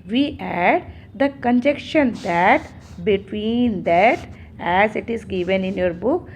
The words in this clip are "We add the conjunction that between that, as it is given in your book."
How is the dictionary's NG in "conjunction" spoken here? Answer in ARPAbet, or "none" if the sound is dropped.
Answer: none